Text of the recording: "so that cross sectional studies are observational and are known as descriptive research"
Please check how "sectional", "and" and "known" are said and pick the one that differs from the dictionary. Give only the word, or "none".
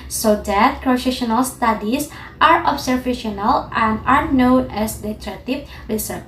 sectional